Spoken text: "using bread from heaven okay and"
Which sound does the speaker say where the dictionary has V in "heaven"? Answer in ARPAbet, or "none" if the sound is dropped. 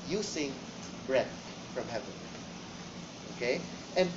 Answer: V